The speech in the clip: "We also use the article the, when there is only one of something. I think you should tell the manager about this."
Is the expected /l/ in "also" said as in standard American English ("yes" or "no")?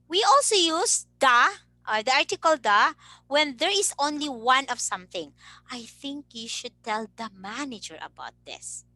yes